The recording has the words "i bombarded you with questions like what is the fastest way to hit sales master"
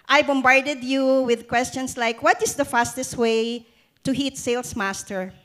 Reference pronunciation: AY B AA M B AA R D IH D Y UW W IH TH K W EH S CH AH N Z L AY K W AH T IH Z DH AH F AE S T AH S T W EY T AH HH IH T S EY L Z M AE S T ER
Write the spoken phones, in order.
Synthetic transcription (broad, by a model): AY B AA M B AA R D IH D Y UW W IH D K W EH S CH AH N S L AY K W AH T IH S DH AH F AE S T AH S T W EY T AH HH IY T S EY L S M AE S T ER